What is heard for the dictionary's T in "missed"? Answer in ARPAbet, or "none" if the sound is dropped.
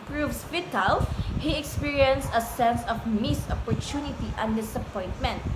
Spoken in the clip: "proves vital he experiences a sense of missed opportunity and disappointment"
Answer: none